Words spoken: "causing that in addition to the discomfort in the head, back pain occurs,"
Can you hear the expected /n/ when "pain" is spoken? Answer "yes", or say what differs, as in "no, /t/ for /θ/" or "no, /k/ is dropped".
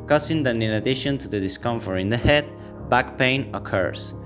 yes